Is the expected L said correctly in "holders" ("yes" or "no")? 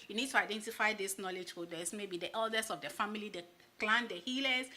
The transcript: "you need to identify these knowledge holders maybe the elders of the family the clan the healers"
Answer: no